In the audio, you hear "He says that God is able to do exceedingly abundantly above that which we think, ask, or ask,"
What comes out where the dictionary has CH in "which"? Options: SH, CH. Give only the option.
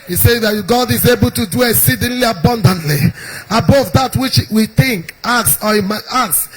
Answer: CH